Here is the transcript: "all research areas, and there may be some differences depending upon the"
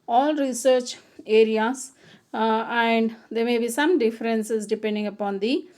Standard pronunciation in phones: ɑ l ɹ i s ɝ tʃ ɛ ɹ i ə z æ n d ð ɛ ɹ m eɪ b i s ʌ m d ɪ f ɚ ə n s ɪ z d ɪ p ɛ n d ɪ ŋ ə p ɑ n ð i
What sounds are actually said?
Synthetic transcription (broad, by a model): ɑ l ɹ i s ɝ tʃ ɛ ɹ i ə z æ n d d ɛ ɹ m eɪ b i s ʌ m d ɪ f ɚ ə n s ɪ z d ɪ p ɛ n d ɪ ŋ ə p ɑ n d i